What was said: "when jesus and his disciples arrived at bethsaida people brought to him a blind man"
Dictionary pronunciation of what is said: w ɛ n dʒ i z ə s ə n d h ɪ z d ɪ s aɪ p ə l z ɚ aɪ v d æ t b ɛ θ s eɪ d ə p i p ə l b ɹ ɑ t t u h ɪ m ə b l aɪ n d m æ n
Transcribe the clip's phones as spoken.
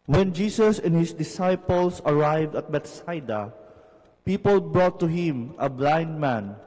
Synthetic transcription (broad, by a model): w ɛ n dʒ i s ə s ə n h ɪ s d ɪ s aɪ p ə l s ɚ aɪ v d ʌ t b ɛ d s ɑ d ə p i p ə l b ɹ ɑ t t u h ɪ m ə b l aɪ n d m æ n